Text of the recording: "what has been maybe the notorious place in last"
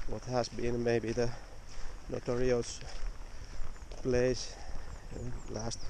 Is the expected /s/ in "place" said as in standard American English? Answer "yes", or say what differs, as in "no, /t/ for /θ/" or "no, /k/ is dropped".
no, /s/ is dropped